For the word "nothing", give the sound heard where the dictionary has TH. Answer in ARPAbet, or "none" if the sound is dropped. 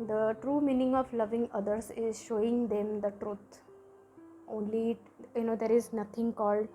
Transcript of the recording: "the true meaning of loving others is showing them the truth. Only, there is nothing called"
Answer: T